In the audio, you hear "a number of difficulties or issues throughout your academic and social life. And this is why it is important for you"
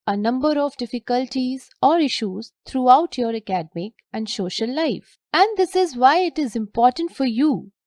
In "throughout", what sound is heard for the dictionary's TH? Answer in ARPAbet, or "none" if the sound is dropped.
T